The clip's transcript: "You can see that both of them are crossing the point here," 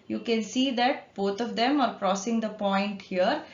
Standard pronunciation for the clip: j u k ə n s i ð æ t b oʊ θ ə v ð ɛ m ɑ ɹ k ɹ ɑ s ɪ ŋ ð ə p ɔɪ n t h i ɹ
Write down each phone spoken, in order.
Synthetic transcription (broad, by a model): j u k ə n s i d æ t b oʊ t ə v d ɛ m ɑ ɹ k ɹ ɑ s ɪ ŋ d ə p ɔɪ n t h i ɹ